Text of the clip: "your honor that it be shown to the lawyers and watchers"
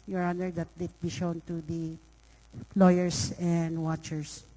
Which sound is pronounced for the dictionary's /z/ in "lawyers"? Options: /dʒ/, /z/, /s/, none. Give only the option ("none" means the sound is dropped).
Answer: /s/